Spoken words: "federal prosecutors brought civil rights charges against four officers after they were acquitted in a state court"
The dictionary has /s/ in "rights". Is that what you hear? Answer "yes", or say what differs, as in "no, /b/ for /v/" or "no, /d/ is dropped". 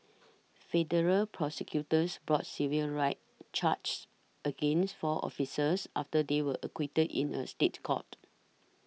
no, /s/ is dropped